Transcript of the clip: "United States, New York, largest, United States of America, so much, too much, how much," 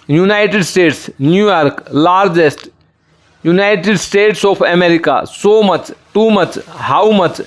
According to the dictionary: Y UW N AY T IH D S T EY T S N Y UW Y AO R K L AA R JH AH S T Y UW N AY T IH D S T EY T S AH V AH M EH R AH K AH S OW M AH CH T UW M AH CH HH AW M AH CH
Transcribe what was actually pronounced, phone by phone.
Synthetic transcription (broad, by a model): Y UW N AY T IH D S T EY T S N Y UW Y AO R K L AA R JH AH S T Y UW N AY T IH D S T EY T S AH P AH M EH R AH K AH S OW M AH CH T UW M AH CH HH AW M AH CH